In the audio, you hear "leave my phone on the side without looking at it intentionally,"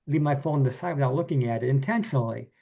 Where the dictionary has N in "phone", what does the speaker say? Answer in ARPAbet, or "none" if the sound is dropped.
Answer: none